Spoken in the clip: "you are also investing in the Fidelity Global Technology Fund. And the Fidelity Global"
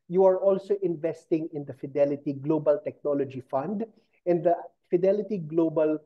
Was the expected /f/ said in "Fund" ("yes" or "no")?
yes